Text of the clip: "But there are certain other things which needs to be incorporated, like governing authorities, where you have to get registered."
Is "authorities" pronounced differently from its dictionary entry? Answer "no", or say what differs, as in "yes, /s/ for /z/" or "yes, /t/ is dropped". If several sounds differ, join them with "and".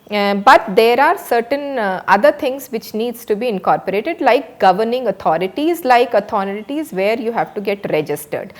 yes, /t/ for /θ/